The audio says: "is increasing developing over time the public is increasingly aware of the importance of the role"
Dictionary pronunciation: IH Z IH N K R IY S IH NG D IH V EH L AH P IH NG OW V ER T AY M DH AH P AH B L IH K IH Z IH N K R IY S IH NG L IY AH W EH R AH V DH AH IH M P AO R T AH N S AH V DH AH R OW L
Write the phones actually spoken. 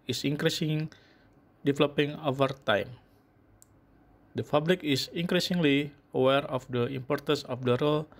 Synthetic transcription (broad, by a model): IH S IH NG K R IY S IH NG D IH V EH L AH P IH NG OW V ER T AY M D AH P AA B L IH K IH S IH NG K R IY S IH NG L IY AH W EH R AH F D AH IH M P AO R T AH N S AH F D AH R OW L